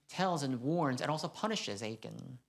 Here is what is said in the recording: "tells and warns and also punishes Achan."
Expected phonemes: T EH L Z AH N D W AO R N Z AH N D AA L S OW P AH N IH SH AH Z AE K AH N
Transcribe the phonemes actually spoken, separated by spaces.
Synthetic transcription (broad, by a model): T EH L Z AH N W AO R N Z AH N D AA L S OW P AH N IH SH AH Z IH K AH N